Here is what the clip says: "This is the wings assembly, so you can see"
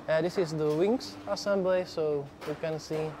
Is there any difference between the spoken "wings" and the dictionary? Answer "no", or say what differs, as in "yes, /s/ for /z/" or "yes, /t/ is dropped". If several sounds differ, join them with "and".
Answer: yes, /s/ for /z/